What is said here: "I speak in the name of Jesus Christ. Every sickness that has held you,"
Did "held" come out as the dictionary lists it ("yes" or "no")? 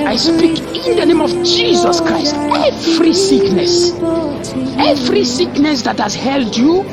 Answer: yes